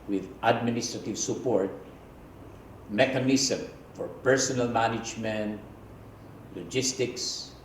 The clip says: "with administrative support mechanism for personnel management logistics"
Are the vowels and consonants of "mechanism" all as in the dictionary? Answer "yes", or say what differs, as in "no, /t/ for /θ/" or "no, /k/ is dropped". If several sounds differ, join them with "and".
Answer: no, /s/ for /z/